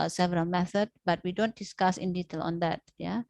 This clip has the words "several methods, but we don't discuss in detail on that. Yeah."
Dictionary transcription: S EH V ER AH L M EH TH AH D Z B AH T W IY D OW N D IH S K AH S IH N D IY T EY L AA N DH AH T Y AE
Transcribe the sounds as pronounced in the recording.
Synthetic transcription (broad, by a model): S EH V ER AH L M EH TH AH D B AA T W IY D OW N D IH S K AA S IH N D IY T EY L AA N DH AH T Y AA